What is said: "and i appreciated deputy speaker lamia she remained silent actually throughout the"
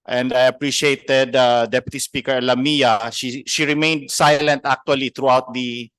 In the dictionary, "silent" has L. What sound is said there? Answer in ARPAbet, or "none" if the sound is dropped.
L